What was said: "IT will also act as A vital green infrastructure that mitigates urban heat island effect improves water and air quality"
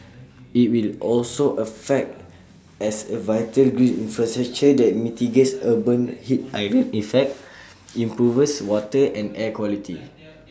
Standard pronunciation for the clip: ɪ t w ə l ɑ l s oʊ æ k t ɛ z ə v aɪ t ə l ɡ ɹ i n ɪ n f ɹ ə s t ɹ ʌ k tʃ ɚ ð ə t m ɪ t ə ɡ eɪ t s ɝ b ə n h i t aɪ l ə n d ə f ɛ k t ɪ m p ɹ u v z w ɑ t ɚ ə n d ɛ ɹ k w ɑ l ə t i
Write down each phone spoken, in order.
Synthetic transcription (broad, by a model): ɪ t w ə l ɑ l s oʊ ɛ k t ɛ s ə v aɪ t ə l ɡ ɹ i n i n f ɹ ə s t ɹ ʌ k tʃ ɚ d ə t m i t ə ɡ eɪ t s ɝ b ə n h i t aɪ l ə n ə f ɛ k t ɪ m p ɹ u v s w ɑ t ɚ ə n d ɛ k w ɑ l ə t i